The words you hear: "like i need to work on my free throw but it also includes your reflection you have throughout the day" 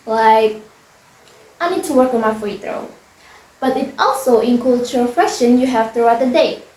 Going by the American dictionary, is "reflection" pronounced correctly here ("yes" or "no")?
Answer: no